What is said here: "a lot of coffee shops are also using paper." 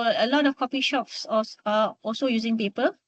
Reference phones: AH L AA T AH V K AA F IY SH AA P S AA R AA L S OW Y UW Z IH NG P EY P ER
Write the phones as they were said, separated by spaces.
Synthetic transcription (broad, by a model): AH L AA T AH F K AA P IY SH AA P S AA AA AA L S OW Y UW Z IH NG P EY P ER